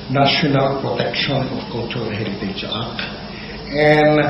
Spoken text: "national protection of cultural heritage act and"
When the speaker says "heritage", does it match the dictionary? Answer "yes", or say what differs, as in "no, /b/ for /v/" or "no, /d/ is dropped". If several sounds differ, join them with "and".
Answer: no, /l/ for /ɹ/